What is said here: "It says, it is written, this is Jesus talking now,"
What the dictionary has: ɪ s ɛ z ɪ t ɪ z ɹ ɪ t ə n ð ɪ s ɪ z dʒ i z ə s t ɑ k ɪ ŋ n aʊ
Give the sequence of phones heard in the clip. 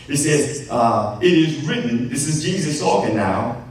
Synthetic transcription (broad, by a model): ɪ s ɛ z ɪ t ɪ z ɹ ɪ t n ð ɪ s ɪ z dʒ i z ə s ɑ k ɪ n aʊ